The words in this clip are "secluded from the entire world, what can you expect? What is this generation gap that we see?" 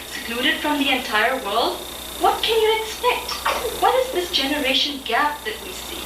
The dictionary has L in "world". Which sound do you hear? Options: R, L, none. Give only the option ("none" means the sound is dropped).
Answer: L